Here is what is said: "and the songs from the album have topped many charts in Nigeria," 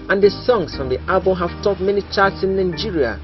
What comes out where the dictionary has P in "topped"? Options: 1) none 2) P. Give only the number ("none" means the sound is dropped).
1